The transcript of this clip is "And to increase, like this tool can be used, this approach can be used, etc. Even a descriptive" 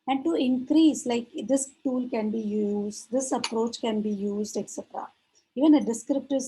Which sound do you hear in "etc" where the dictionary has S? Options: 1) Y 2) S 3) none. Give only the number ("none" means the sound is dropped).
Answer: 2